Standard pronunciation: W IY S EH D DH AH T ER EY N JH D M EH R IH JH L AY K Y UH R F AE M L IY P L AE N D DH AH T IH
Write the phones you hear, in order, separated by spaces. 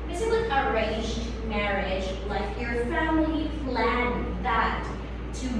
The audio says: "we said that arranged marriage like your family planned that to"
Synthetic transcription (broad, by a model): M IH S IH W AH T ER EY JH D M EH R IH JH L AY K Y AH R F AE M L IY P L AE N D DH AH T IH